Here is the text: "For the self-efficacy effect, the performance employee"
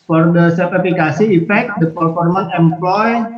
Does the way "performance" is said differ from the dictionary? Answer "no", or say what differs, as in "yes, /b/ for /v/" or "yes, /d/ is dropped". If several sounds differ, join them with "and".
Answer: yes, /s/ is dropped